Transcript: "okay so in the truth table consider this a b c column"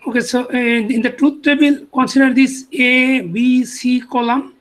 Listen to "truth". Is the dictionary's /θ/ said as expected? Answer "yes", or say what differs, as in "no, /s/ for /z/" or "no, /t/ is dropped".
no, /t/ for /θ/